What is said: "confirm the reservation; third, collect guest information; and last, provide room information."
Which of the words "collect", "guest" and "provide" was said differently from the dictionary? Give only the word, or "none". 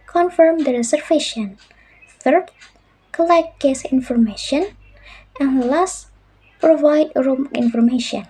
guest